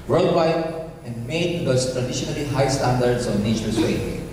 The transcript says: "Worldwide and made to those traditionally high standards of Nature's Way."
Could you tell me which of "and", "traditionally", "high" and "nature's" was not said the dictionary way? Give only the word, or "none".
nature's